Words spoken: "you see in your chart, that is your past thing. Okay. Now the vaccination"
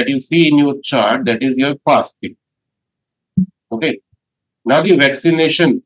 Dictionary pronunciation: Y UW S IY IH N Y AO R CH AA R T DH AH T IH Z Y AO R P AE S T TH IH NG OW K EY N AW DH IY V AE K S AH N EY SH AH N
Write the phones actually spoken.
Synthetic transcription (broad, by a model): Y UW S IY IH N Y AO R CH AA R T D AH T IH Z Y AO R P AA S T F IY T OW K EY N AW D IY V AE K S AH N EY SH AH N